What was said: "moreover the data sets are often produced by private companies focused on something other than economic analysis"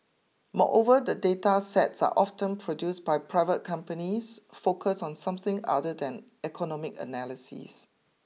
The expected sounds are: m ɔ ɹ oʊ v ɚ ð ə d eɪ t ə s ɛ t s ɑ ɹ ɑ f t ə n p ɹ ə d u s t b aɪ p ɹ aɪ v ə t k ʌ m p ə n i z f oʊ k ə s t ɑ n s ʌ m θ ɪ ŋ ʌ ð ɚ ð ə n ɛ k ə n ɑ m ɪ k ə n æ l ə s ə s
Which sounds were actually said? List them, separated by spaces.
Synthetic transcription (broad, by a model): m ɔ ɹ oʊ v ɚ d ə d eɪ t ə s ɛ t s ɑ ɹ ɑ f t ə n p ɹ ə d u s b aɪ p ɹ aɪ v ə t k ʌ m p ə n i s f oʊ k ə s ɑ n s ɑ m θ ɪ ŋ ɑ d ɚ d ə n ɛ k ə n ɑ m ɪ k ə n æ l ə s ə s